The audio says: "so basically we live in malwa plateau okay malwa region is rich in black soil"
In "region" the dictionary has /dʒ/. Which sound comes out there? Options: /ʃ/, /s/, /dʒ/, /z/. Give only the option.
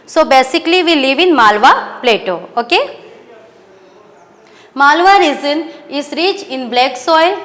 /z/